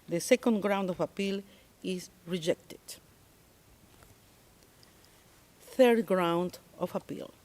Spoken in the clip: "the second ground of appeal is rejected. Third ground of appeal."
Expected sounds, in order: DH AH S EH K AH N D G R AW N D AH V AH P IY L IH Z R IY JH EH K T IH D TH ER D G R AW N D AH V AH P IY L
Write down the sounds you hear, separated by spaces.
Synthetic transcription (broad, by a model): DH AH S EH K AH N D G R AW N D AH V AH P IY L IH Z R IY JH EH K T IH D TH ER D G R AW N D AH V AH P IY L